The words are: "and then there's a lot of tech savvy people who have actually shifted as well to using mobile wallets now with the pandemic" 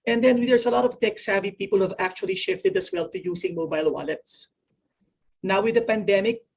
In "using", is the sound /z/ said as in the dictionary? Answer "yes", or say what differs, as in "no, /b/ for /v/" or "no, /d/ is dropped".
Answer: no, /s/ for /z/